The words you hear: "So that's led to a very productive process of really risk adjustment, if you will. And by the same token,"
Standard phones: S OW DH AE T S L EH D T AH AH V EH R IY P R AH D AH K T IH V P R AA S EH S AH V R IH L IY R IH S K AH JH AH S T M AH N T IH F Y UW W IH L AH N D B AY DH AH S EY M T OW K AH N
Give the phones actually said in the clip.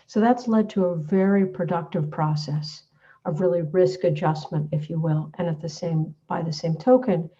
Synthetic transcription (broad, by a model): S OW DH AE T S L EH D T AH AH V EH R IY P R AH D AH K T IH V P R AA S EH S AH V R IH L IY R IH S K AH JH AH S M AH N T IH F Y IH W IH L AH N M B AY DH AH S EY M T OW K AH N